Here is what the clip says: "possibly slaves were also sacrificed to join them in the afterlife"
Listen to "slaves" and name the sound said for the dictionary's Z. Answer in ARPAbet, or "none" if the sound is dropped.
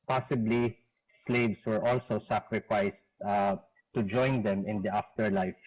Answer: S